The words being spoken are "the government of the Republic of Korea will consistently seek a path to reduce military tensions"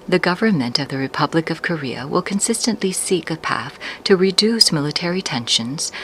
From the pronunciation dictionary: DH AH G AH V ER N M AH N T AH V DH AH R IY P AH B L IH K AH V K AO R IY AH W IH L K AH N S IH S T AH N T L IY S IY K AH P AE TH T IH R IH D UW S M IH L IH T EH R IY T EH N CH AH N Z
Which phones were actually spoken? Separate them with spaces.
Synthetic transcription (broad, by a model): DH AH G AH V ER N M AH N T AH V DH AH R IY P AH B L IH K AH V K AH R IY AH W IH L K AH N S IH S T AH N T L IY S IY K AH P AE TH T IH R IH D UW S M IH L IH T EH R IY T EH N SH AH N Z